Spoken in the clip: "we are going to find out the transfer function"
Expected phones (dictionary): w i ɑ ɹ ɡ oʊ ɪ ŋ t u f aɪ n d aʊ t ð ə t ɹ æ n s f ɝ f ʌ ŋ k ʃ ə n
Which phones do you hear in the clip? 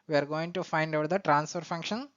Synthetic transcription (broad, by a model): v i ɑ ɹ ɡ oʊ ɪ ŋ t u f aɪ n d aʊ t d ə t ɹ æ n s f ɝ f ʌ ŋ k ʃ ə n